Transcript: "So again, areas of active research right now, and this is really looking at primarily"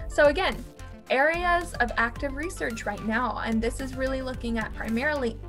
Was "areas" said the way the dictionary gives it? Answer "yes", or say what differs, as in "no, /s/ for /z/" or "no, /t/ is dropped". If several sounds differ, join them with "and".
yes